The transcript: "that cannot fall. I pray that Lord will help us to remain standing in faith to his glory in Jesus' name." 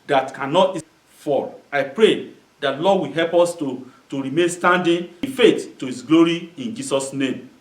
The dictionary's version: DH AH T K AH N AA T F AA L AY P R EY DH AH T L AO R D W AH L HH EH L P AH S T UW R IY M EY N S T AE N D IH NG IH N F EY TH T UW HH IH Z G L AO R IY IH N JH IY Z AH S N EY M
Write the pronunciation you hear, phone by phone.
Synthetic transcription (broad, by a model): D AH T K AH N AA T F AA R AY P R EY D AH T L AO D W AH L HH EH L P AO S T UW R IY M EY N S T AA N D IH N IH F EY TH T UW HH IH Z G L AO R IY IH N JH IY S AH S N EY M